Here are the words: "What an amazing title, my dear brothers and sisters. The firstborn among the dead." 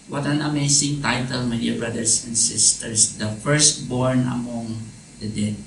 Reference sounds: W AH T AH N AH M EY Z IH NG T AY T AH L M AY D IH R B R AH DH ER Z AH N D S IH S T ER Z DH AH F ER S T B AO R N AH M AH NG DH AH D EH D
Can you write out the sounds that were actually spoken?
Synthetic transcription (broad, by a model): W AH T AH N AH M EY S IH NG T AY T AH L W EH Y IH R B R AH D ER S AH N D S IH S T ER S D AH F ER S T B AO R N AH M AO NG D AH D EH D